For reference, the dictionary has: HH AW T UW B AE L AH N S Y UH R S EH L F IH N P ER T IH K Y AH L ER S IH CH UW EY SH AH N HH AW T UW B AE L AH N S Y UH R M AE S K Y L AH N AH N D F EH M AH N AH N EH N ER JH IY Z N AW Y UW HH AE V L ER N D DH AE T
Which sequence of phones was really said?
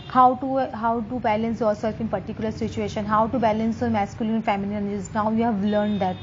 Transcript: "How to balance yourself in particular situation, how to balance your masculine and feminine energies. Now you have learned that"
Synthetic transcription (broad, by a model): HH AW T UW B AE L AH N S Y UH R S EH L F IH N P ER T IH K Y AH L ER S IH CH UW EY SH AH N HH AW T UW B AE L AH N S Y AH M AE S K Y AH L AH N F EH M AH L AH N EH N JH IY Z N AW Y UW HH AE V L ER N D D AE T